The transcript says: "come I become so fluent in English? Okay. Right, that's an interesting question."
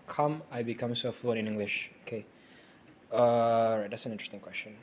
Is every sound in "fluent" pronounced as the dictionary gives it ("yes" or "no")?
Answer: no